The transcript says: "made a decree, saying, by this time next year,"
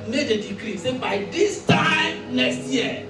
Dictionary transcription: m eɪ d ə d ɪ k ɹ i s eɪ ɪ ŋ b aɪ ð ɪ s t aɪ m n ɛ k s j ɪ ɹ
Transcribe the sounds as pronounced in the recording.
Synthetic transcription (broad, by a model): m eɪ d ə d ɪ k ɹ i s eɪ b aɪ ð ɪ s t aɪ m l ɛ s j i